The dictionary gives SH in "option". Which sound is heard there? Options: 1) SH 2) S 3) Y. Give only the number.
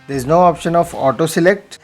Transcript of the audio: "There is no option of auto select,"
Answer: 1